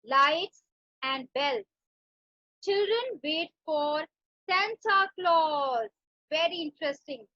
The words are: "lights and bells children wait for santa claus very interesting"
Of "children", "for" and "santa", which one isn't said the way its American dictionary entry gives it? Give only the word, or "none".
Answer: santa